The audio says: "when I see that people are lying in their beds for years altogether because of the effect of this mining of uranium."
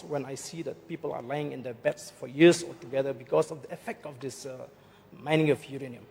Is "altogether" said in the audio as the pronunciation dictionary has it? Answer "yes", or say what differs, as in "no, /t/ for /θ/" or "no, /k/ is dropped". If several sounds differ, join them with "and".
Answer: no, /l/ is dropped